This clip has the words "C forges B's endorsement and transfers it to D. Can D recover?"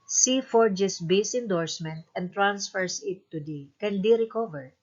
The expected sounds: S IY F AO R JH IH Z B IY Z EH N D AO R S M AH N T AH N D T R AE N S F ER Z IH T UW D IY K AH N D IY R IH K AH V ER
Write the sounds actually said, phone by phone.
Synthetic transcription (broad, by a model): S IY F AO R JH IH S B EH S EH N D AO R S M AH N T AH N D T R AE N S F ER S IH T UW D IY K AH N D IY R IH K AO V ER